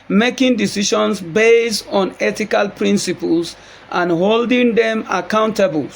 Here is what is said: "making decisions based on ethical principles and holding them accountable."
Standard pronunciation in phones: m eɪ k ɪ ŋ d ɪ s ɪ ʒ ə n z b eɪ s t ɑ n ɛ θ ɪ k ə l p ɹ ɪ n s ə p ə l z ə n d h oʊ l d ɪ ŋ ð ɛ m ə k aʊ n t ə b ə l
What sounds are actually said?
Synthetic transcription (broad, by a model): m eɪ k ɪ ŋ d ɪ s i ʃ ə n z b eɪ s t ɑ n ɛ t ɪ k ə l p ɹ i n s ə p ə l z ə n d h oʊ l d ɪ ŋ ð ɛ m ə k aʊ n t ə b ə l